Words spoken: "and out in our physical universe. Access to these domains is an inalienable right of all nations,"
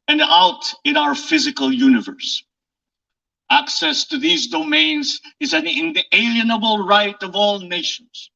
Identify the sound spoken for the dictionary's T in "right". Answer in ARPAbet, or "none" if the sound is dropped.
T